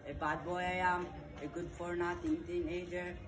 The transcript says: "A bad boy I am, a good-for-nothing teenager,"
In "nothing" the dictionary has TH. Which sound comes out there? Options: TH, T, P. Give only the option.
T